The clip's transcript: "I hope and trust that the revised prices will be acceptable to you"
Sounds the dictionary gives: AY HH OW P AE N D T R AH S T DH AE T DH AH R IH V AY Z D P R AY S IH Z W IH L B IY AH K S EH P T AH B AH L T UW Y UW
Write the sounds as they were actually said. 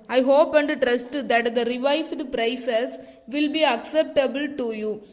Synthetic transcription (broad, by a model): AY HH OW P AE N D T R AH S T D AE T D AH R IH V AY S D P R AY S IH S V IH L B IY AH K S EH P T AH B AH L T UW Y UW